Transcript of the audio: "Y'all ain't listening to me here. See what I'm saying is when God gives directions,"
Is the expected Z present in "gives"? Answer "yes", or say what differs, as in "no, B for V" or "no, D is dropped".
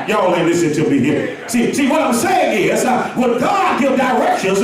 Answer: no, Z is dropped